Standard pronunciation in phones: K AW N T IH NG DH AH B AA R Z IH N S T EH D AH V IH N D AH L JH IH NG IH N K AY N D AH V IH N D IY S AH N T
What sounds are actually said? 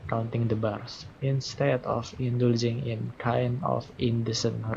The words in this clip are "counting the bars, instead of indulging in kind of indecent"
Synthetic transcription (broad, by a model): K AW N T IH NG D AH B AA R S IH N S T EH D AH F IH N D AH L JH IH NG IH N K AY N AH F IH N D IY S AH N